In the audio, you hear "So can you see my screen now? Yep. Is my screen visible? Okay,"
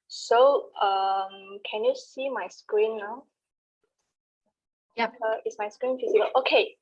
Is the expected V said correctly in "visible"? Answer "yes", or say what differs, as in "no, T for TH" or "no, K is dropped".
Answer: no, F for V